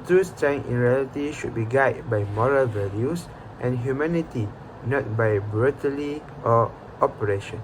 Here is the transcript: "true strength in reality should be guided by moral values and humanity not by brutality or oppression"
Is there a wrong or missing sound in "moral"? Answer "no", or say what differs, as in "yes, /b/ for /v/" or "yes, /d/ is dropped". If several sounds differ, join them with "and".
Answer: no